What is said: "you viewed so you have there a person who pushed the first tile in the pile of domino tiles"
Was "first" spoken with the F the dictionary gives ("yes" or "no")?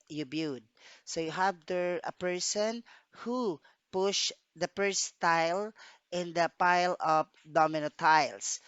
no